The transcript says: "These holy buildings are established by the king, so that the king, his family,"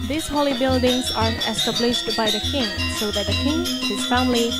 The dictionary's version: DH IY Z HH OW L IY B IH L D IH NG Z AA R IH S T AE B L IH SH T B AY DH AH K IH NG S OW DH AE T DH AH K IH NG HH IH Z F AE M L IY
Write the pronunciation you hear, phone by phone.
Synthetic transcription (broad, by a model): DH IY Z HH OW L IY B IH L D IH NG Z AA R IH S T AE B L IH SH T B AY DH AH K IH NG S OW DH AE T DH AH K IH NG HH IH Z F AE M L IY